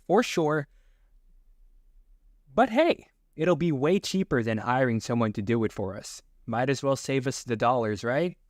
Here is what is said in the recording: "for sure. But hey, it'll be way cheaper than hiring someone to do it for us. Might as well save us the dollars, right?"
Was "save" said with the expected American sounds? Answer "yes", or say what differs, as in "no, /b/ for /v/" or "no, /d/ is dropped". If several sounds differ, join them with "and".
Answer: yes